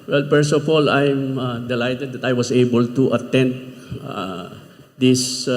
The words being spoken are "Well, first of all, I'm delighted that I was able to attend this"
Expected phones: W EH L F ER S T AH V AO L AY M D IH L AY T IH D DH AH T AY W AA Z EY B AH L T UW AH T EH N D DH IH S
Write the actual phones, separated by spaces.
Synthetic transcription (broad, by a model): W EH L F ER S AH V AO L AY M D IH L AY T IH D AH T AY W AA S EY B AH L T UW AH T EH N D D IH S